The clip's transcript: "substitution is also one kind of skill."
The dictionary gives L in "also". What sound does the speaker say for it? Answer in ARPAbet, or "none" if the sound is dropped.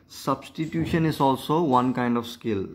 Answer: L